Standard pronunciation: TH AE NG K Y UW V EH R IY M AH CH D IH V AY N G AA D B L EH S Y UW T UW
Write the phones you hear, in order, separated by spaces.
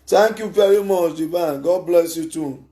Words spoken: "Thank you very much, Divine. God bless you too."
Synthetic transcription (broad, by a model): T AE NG K Y UW V EH R IY M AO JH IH B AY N G AA D B L EH S Y UW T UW